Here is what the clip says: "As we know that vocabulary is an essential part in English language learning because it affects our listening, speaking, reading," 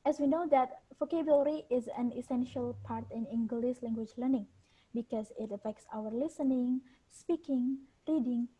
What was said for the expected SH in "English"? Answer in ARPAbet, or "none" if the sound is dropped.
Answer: S